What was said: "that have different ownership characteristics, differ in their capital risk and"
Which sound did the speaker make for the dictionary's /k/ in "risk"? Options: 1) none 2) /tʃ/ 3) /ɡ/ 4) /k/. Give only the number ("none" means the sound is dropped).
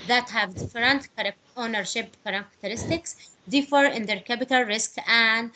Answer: 4